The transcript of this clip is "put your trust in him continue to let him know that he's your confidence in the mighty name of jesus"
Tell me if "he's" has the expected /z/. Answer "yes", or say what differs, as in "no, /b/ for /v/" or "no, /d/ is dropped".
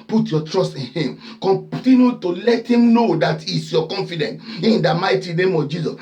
no, /s/ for /z/